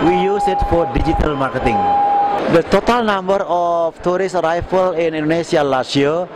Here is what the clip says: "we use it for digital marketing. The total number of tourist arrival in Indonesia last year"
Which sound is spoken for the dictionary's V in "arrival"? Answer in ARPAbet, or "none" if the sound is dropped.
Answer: F